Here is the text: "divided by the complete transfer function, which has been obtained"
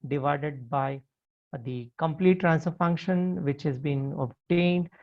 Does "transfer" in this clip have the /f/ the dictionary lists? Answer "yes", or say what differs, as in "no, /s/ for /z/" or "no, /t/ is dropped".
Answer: no, /f/ is dropped